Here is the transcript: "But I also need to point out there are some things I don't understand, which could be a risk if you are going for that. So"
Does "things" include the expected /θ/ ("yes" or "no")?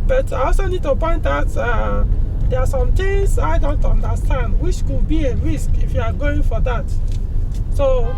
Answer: no